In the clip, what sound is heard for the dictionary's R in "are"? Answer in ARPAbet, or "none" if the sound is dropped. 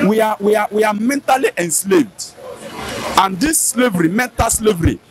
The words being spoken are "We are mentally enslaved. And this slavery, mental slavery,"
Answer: W